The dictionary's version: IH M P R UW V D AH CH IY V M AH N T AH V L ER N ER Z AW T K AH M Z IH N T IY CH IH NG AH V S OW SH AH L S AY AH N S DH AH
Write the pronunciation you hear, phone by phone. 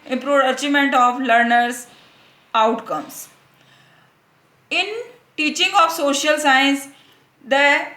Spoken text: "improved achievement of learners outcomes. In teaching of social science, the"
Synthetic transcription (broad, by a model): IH M P R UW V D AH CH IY M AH N T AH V L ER N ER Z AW T K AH M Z IH N T IY CH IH NG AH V S OW SH AH L S AY AH N S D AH